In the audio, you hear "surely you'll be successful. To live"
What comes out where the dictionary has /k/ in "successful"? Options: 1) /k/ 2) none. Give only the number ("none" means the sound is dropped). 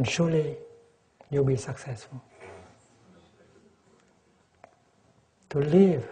1